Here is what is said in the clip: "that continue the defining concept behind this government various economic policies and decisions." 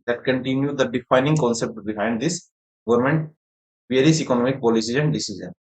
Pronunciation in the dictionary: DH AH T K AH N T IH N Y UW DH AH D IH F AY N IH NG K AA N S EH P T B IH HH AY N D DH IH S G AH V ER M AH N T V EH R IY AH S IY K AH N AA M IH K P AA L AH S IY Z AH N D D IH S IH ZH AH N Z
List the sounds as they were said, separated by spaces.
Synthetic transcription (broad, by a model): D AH T K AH N T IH N Y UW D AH D IH F AY N IH NG K AA N S EH P T B IH HH AY N D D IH S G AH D M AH N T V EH R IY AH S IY K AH N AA M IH K P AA L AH S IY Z AH N D D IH S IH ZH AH N